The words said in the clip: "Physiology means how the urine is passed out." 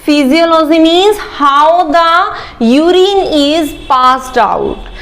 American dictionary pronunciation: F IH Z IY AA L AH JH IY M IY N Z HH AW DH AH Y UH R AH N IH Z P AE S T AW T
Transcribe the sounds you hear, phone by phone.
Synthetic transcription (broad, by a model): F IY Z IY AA L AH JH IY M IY Z HH AW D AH Y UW R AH N IH Z P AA S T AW T